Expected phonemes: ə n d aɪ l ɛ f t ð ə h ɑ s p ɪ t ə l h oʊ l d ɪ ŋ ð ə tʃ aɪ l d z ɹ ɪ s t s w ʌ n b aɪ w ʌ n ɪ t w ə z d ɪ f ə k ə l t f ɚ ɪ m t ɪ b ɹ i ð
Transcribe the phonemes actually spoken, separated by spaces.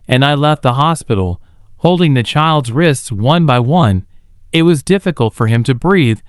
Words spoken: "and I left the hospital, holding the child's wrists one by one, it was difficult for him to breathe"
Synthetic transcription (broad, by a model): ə n aɪ l ɛ f t ð ə h ɑ s p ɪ t l h oʊ l d ɪ ŋ ð ə tʃ aɪ l d z ɹ ɪ s t s w ʌ n b aɪ w ʌ n ɪ t w ə z d ɪ f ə k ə l t f ɚ ɪ m t ɪ b ɹ i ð